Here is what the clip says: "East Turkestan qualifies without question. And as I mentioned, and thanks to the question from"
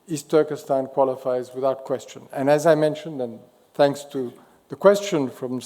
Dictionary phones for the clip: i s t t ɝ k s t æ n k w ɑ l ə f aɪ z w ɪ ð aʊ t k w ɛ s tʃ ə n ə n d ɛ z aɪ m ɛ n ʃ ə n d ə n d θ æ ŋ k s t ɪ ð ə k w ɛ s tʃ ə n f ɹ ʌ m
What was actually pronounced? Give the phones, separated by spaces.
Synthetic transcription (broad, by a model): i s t t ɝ k s t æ n k w ɑ l ə f aɪ z w ɪ ð aʊ t k w ɛ s tʃ ə n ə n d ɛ z aɪ m ɛ n ʃ ə n d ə n θ æ ŋ k s t ɪ ð ə k w ɛ s tʃ ə n f ɹ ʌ m